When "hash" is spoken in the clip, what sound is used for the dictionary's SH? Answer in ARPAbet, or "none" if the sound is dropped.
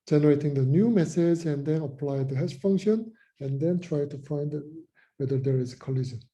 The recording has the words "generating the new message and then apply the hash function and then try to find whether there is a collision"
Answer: S